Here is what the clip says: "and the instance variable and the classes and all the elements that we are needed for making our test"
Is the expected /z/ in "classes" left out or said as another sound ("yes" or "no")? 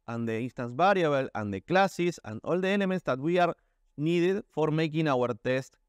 yes